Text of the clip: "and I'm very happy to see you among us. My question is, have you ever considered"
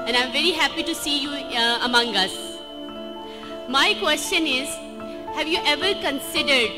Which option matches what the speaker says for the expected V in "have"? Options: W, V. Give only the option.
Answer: V